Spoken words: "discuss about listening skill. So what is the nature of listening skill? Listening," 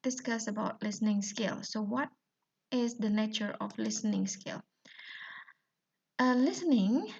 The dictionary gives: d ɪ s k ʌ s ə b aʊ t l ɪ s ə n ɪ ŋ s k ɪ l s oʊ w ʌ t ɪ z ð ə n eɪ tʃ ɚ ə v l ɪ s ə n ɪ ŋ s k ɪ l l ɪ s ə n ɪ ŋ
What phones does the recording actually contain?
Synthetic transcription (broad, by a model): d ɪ s k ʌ s ə b aʊ t l ɪ s ə n ɪ ŋ s k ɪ l s oʊ w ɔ t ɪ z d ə n eɪ tʃ ɚ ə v l ɪ s ə n ɪ ŋ s k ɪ l l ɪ s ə n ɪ ŋ